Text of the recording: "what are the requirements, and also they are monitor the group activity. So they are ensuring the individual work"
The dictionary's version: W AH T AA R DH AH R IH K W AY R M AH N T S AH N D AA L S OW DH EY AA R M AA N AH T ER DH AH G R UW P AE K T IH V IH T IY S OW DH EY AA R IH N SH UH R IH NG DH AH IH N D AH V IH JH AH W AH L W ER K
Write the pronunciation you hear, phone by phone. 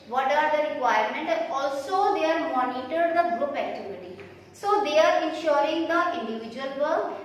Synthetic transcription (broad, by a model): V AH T AA R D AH R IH K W AY R M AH N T AH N AA L S OW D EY AA R M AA N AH T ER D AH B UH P AE K T IH V IH T IY S OW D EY AA R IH N SH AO R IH NG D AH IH N D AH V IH JH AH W AH L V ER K